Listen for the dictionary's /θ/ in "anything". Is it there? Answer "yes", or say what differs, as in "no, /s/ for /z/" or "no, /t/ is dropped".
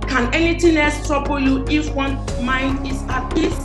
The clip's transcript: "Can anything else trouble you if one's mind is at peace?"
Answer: no, /t/ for /θ/